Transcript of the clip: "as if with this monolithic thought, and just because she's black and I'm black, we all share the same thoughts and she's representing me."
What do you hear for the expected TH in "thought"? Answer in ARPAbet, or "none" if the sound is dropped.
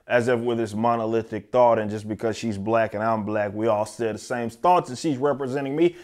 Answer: TH